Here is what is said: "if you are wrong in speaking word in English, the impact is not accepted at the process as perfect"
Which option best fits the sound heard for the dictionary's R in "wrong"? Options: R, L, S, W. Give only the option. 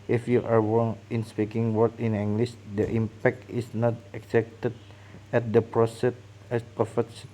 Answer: W